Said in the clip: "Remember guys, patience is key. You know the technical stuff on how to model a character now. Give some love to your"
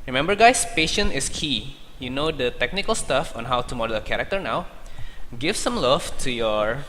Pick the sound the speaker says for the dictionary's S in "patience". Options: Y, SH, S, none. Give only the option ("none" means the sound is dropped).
none